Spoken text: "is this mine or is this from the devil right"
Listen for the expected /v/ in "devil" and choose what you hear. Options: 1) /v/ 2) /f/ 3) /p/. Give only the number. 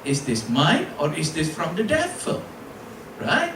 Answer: 2